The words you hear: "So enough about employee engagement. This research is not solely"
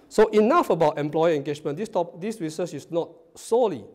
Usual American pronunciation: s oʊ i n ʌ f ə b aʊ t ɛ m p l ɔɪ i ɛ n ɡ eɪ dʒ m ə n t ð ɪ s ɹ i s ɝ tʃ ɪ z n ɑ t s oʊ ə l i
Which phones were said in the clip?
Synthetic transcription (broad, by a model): s oʊ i n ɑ f ə b aʊ t ɛ m p l ɔɪ i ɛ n ɡ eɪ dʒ m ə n t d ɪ s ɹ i s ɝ s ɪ s n ɑ t s oʊ l i